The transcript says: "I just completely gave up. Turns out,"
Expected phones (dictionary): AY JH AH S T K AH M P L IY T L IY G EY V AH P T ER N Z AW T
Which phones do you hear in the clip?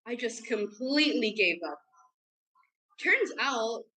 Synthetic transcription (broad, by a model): AY JH AH S K AH M P L IY T L IY G EY V AH P T ER N Z AW T